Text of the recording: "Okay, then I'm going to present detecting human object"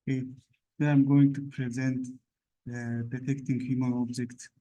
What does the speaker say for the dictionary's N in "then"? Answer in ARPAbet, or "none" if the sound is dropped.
none